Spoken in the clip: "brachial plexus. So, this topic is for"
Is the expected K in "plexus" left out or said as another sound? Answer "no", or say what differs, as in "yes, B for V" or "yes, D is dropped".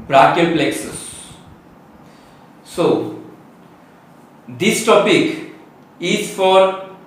no